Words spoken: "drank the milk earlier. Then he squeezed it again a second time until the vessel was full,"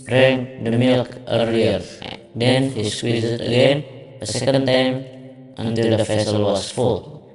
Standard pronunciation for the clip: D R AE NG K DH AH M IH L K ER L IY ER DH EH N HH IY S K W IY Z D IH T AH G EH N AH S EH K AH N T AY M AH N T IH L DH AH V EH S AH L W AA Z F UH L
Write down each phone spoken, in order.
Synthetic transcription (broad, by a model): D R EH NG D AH M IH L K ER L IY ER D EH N HH IY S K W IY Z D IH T AH G EH N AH S EH K AH N T AY M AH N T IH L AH F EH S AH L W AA S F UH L